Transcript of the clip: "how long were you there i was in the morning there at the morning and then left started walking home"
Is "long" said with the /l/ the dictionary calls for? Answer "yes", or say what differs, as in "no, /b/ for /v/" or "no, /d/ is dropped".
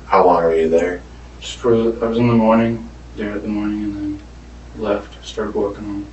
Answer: no, /w/ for /l/